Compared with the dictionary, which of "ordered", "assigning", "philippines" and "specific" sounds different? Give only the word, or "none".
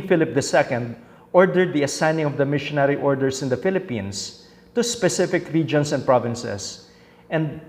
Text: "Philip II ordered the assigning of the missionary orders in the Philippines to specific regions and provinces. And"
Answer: philippines